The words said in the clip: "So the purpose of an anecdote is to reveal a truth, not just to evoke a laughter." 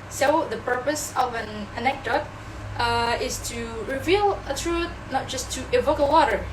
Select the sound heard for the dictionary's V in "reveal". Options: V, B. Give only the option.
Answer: V